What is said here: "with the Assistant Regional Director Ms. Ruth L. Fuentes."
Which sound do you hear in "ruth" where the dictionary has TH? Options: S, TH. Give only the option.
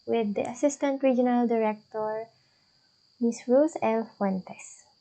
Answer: S